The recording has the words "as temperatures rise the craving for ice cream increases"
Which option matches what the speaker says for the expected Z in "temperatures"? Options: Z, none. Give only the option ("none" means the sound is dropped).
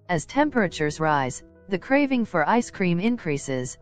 Z